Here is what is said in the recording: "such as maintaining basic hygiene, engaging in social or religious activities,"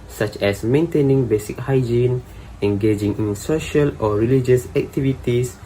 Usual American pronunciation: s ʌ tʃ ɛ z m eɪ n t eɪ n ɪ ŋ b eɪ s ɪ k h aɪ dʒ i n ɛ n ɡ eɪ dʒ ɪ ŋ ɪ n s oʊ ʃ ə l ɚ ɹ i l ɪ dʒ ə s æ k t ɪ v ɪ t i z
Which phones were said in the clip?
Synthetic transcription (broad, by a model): s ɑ tʃ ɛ s m eɪ n t eɪ n ɪ ŋ b eɪ s ɪ k h aɪ dʒ i n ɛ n ɡ eɪ dʒ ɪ ŋ ɪ n s oʊ ʃ ə l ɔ ɹ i l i dʒ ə s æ k t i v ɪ t i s